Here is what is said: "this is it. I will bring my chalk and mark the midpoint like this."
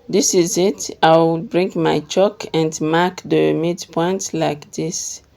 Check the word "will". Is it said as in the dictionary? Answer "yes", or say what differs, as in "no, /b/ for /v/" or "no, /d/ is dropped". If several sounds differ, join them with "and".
no, /w/ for /l/